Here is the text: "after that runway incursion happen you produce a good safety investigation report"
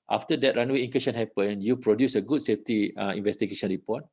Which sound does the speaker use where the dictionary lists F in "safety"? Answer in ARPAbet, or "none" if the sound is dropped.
F